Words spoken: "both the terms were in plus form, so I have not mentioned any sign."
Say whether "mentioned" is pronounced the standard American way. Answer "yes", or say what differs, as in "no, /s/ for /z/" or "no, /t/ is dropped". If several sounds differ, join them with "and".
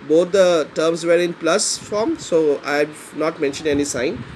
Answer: yes